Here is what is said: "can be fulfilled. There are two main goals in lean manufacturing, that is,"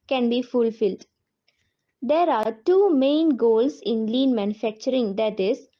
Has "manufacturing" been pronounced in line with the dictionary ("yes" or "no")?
yes